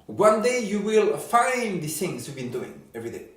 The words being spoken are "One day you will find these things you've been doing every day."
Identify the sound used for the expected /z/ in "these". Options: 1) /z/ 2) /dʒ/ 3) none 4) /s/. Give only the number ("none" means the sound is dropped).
3